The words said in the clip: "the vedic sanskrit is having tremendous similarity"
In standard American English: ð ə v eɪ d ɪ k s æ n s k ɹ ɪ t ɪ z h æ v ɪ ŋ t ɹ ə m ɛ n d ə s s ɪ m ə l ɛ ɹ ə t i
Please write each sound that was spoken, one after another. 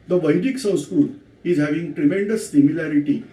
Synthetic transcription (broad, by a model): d ə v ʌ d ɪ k s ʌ s k ɪ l ɪ z h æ v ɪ ŋ t ɹ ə m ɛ n d ə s s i m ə l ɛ ɹ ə t i